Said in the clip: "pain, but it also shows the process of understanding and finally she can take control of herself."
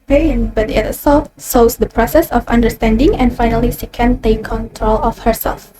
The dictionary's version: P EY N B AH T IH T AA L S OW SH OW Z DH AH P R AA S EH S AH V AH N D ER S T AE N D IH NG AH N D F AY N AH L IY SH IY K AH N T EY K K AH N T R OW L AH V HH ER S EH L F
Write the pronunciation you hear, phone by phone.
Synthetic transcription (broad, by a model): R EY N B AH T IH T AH S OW S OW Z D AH P R AA S EH S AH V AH N D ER S T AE N D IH NG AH N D F AY N AH L IY SH IY K AH N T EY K K AH N T R OW L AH F HH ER S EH L F